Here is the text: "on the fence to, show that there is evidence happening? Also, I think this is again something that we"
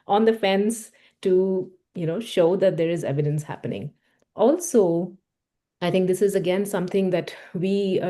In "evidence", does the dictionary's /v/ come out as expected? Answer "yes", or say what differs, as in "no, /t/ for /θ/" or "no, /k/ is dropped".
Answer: yes